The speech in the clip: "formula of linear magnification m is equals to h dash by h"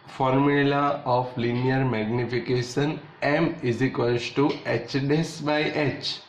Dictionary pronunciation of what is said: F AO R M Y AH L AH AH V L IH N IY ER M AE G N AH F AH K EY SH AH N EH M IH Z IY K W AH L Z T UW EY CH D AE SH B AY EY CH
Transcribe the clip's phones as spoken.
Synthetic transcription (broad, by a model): F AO R M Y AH L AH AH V L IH N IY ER M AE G N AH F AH K EY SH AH N EH M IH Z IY K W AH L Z T UW EY CH D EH S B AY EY CH